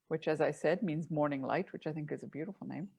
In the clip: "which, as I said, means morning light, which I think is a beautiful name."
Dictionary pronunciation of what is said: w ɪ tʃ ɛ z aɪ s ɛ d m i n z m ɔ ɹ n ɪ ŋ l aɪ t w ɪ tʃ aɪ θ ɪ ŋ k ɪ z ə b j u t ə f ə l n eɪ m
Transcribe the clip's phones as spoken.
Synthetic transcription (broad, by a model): w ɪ tʃ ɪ z aɪ s ɛ d m i n z m ɔ ɹ n ɪ ŋ l aɪ t w ɪ tʃ aɪ θ ɪ ŋ k ɪ z ə b j u t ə f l n eɪ m